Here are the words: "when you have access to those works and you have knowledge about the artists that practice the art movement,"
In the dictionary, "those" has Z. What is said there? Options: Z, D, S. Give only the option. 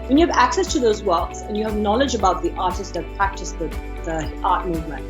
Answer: Z